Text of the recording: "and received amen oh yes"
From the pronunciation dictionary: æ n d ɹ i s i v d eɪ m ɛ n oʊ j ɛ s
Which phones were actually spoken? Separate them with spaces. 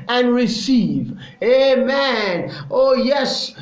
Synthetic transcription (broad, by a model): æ n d ɹ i s i v eɪ m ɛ n oʊ j ɛ s